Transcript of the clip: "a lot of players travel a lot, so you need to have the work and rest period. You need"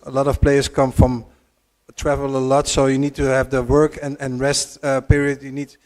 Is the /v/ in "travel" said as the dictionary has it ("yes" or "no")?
yes